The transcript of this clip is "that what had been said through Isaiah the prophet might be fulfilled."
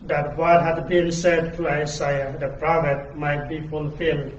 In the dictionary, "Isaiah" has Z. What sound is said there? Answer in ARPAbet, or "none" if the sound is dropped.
S